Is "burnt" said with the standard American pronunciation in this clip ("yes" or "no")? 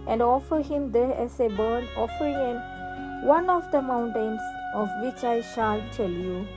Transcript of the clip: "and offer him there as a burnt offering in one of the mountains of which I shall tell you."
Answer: no